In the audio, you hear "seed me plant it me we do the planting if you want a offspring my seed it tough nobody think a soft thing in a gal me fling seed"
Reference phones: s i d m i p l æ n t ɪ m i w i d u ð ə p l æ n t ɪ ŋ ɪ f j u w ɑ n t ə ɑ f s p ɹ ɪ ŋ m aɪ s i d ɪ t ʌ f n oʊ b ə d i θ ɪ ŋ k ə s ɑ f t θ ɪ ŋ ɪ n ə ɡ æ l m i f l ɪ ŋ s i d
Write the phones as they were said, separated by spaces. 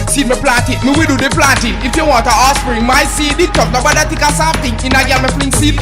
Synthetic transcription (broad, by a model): s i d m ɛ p l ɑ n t ɪ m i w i d u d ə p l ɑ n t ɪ ɪ f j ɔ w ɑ t ə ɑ s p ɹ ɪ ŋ m aɪ s i d ɪ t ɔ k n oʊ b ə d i t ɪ k ə s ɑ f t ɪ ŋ ɪ n ə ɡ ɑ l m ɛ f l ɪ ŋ s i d